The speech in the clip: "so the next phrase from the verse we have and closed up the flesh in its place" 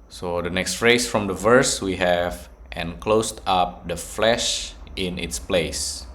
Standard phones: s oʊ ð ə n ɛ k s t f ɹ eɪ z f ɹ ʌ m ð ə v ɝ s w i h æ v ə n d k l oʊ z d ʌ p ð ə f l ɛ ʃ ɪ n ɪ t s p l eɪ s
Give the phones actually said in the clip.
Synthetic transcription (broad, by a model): s oʊ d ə n ɛ k s t f ɹ eɪ s f ɹ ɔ m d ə v ɝ s w i h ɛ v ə n k l oʊ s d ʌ p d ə f l ɛ ʃ ɪ n ɪ t s p l eɪ s